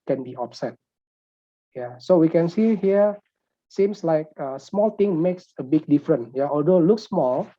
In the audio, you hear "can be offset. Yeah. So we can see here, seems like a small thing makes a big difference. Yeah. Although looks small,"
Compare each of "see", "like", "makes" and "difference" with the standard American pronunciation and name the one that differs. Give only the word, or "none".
difference